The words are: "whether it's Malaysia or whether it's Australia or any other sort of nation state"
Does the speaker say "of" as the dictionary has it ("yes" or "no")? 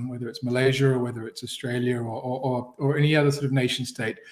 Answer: yes